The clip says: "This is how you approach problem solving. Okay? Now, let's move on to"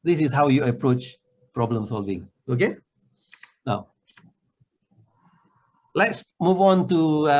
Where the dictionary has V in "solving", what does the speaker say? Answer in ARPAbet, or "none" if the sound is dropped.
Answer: V